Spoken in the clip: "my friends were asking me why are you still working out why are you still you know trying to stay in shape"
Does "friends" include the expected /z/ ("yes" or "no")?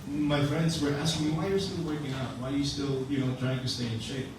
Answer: yes